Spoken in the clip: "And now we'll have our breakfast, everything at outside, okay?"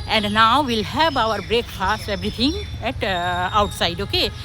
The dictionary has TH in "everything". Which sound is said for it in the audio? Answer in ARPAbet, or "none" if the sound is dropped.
T